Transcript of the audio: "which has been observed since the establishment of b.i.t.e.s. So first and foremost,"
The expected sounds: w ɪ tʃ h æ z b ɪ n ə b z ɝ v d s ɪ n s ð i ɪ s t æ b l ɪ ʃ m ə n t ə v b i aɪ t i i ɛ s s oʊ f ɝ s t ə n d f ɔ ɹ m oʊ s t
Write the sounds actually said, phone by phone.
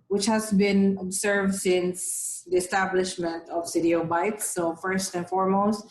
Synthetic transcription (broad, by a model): w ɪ tʃ h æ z b ɪ n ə b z ɝ v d s ɪ n s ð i ɪ s t æ b l ɪ ʃ m ə n t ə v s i t i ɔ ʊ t s oʊ f ɝ s t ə n f ɔ ɹ m oʊ s t